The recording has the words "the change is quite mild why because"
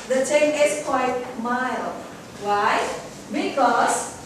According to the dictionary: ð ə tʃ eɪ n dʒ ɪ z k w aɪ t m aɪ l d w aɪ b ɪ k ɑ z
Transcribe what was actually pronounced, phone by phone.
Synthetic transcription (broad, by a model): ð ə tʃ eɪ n ɪ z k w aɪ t m aɪ l w aɪ b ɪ k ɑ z